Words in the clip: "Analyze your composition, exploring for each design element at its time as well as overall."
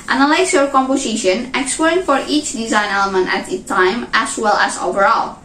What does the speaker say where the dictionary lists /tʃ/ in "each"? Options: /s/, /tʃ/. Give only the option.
/tʃ/